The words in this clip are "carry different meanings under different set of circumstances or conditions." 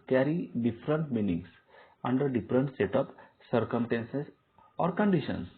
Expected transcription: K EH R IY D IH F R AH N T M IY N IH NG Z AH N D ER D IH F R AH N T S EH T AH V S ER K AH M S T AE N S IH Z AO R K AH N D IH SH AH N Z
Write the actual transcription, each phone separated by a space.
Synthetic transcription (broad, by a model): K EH R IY D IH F R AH N T M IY N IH NG S AH N D ER D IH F R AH N T S EH T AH P S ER K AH M S T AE N S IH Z AO R K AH N D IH SH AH N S